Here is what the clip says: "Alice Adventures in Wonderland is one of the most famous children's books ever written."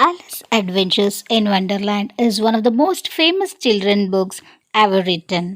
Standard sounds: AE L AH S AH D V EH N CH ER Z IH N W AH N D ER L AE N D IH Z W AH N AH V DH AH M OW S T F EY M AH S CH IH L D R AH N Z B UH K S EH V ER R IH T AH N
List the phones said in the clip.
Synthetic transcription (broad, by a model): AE L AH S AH D V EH N CH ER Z IH N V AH N D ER L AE N D IH Z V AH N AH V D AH M OW S T F EY M AH S CH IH L D R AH N B UH K S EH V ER R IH T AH N